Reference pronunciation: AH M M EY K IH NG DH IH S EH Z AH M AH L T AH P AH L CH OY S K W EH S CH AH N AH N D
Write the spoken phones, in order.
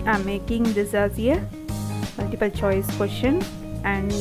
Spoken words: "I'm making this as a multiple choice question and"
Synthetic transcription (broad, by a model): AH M M EY K IH NG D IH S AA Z AH M AH L T AH P AH L CH OY S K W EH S SH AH N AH N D